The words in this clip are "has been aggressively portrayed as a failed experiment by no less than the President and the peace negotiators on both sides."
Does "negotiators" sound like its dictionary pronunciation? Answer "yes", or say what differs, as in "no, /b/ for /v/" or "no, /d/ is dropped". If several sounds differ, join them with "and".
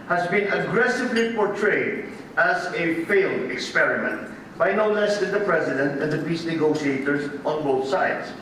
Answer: yes